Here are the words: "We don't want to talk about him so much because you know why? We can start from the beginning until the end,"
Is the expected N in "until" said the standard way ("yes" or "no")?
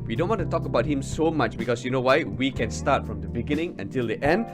yes